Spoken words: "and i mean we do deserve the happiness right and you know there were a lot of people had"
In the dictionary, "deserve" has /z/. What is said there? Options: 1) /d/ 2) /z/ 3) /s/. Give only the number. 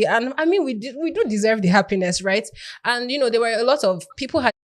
2